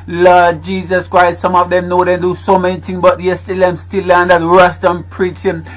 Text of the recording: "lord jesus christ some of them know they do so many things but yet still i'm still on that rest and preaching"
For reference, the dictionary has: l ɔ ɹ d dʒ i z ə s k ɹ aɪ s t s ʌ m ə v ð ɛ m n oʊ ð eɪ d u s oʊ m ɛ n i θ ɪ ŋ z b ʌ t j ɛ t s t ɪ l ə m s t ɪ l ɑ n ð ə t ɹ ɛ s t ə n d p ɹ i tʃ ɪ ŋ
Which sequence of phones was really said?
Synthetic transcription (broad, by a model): l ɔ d dʒ i z ə s k ɹ aɪ s t s ʌ m ə v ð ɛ m n oʊ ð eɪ d u s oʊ m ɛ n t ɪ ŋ b ʌ t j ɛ s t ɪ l ə m s t ɪ l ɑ n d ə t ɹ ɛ s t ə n p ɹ i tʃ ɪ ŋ